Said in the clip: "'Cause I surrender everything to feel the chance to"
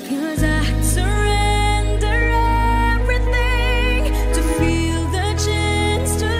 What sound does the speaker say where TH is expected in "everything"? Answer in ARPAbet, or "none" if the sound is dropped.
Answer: TH